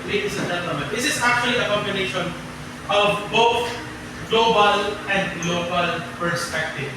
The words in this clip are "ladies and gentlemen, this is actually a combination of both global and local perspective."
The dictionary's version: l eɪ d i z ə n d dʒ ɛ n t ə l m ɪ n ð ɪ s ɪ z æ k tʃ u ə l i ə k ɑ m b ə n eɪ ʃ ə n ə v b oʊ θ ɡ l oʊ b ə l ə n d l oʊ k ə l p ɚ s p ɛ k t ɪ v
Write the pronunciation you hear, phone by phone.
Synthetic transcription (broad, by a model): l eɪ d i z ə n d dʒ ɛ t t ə m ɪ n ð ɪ s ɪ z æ k tʃ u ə l i ə k ɑ m b ə n eɪ ʃ ə n ə v b oʊ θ ɡ l oʊ b ə l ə n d l oʊ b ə l p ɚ s p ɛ k t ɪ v